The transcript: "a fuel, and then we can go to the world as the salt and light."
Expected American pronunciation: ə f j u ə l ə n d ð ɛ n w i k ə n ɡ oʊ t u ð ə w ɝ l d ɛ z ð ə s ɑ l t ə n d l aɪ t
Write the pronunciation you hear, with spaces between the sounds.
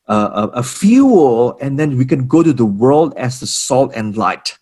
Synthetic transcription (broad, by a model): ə f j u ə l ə n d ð ɛ n w i k ə n ɡ oʊ t u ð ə w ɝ l d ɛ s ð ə s ɑ l t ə n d l aɪ t